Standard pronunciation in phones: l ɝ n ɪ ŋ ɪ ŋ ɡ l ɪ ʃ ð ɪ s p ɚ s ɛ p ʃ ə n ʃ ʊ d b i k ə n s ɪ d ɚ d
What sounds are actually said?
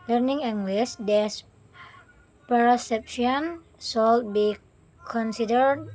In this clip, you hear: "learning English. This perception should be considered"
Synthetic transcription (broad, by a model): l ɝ n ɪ ŋ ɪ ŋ ɡ l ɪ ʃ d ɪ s p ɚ s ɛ p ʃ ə n s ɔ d b i k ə n s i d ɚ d